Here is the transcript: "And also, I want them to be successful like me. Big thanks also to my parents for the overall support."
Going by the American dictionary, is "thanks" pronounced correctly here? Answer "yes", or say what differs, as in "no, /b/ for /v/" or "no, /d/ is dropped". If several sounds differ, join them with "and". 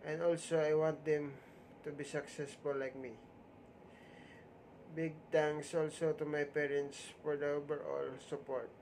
no, /t/ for /θ/